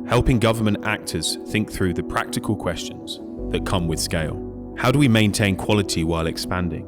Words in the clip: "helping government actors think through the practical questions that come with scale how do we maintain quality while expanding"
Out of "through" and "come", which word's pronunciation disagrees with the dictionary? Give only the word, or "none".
none